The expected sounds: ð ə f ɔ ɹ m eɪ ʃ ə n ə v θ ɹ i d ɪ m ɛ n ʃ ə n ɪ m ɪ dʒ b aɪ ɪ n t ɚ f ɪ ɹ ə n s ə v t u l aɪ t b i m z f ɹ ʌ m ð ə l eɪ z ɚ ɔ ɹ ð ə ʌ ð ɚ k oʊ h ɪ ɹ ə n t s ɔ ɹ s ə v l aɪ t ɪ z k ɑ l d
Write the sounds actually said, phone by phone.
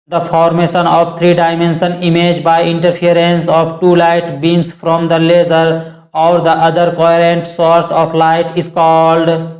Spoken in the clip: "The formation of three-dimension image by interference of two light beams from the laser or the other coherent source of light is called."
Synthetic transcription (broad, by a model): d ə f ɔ ɹ m eɪ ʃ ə n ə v t ɹ i d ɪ m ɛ n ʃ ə n ɪ m ɪ dʒ b aɪ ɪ n t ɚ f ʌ ɹ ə n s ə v t u l aɪ t b i m s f ɹ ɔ m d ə l eɪ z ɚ ɔ ɹ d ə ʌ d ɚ k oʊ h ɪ ɹ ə n t s ɔ ɹ s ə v l aɪ t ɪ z k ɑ l d